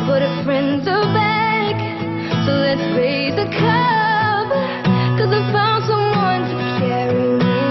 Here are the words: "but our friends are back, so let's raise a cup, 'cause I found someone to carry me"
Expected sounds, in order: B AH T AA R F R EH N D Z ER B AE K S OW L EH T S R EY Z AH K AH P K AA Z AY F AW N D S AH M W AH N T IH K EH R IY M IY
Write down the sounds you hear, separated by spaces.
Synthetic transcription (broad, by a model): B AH T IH F R EH N D Z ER B AE K S OW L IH T S R EY Z AH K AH B K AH Z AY F AW N D S AH M W AH N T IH K EH R IY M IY